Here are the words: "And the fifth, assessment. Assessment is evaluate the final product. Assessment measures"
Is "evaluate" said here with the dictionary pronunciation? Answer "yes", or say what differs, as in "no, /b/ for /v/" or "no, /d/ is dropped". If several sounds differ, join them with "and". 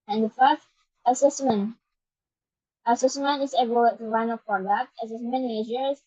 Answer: no, /b/ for /v/